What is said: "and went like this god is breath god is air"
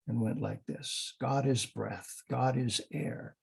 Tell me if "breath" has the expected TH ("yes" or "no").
yes